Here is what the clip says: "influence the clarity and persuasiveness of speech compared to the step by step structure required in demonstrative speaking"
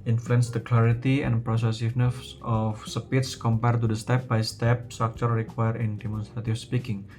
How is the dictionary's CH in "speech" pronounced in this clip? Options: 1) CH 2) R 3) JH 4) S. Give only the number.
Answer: 4